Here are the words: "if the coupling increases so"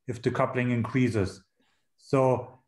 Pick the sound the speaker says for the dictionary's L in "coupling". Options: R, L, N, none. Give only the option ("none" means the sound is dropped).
L